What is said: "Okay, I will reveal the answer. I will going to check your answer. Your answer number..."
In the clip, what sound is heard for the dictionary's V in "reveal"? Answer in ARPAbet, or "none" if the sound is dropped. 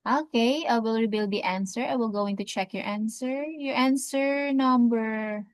B